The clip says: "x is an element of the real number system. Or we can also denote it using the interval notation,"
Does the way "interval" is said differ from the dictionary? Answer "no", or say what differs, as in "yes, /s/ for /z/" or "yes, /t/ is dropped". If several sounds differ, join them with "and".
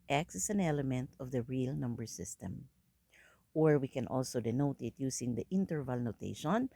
no